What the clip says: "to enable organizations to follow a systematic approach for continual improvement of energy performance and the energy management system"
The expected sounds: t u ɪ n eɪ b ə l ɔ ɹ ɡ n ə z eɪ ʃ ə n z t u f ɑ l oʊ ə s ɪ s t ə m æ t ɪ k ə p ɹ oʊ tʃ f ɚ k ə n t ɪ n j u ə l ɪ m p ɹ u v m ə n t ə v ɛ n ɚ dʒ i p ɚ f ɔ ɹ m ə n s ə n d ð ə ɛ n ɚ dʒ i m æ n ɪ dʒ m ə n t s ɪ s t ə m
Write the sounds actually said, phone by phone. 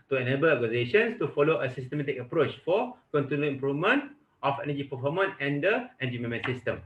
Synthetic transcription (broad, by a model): t u ɪ n eɪ b ə l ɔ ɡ ə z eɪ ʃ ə n s t u f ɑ l oʊ ə s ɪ s t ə m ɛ t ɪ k ə p ɹ oʊ tʃ f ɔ k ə n t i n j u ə m p ɹ u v m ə n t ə f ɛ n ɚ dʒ i p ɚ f ɔ m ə n ə n d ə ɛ n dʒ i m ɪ m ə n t s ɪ s t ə m